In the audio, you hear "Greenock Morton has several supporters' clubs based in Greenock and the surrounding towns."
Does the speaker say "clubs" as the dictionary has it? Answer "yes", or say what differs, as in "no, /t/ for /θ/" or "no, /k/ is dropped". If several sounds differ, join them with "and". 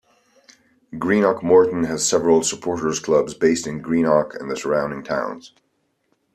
yes